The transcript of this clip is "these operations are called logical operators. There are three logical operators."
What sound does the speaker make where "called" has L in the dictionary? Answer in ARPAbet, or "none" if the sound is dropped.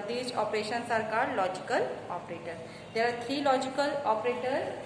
none